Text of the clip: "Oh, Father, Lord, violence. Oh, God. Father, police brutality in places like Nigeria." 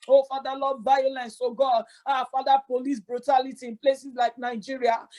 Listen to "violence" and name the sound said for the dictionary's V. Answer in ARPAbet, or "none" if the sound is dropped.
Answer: B